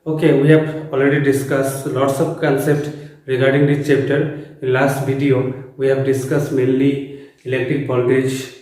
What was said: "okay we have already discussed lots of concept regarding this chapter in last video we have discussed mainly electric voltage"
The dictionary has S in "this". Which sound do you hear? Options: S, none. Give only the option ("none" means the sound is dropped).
none